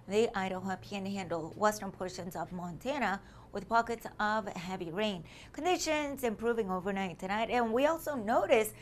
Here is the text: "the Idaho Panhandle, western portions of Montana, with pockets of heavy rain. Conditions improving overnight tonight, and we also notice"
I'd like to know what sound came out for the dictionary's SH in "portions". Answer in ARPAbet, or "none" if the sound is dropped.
SH